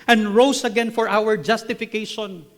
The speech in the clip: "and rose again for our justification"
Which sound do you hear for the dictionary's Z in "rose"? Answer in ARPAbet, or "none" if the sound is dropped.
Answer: S